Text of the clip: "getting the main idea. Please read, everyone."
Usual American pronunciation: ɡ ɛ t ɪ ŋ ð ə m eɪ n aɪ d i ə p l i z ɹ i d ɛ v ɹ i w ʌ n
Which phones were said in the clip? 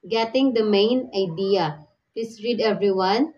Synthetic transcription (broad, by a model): ɡ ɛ t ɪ ŋ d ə m eɪ n aɪ d i ə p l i s ɹ i d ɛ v ɹ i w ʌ n